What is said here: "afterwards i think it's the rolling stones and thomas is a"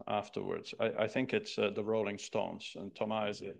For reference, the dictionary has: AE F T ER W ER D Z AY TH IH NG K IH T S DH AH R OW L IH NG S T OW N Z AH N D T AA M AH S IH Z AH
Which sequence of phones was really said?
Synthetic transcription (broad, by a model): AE F T ER W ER D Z AY TH IH NG K IH T S DH AH R OW L IH NG S T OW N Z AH N T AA M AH IH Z